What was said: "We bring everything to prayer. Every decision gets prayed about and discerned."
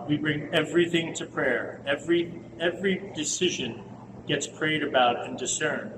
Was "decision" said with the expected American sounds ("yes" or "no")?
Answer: yes